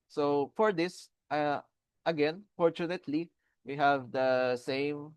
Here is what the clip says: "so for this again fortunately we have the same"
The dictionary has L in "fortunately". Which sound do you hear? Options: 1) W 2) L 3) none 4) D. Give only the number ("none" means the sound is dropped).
2